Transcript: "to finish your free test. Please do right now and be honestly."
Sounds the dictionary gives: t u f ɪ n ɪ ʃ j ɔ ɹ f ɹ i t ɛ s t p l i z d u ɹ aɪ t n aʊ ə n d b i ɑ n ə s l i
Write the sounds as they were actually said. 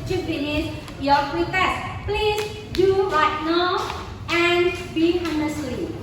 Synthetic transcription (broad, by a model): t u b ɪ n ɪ s j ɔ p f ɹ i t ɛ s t p l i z d u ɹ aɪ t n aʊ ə n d b i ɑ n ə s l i